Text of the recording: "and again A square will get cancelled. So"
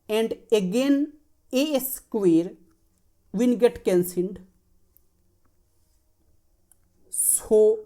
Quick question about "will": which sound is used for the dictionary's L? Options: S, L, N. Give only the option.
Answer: N